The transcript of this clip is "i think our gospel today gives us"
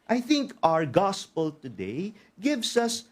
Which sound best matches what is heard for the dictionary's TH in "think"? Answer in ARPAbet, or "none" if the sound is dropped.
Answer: TH